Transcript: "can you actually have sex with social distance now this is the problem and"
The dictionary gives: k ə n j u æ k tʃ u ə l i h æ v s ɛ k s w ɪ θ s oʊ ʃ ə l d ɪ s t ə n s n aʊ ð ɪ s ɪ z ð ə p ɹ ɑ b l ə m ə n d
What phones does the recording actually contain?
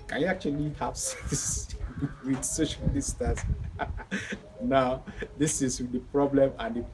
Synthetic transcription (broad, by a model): k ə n j u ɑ k tʃ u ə l i h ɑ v s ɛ s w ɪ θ s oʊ ʃ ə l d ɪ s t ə s n aʊ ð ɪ s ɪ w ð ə p ɹ ɑ b l ə m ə n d